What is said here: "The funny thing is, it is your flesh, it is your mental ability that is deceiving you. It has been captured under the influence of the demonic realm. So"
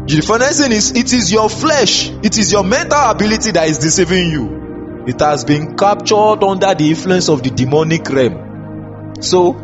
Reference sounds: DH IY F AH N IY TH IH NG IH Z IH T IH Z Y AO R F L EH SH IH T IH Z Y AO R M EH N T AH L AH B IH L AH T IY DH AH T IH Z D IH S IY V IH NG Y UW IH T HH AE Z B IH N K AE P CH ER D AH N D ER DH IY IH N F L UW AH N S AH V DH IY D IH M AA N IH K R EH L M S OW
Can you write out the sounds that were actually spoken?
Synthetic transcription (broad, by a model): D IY F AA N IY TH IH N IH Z IH T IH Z Y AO F L EH SH IH T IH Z Y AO M EH N T AH L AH B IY L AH T IY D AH T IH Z D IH S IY V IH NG Y UW IH T HH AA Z B IH N K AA P CH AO D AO N D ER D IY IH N F L UW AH N S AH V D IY D IH M AA N IH K R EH M S OW